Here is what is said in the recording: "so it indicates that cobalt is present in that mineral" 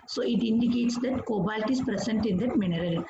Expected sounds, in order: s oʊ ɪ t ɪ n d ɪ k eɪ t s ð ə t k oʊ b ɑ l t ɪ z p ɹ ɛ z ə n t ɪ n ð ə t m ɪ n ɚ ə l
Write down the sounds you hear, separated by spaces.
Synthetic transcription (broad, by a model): s oʊ ɪ t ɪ n d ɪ k eɪ t s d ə t k oʊ b ɑ l t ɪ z p ɹ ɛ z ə n t ɪ n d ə t m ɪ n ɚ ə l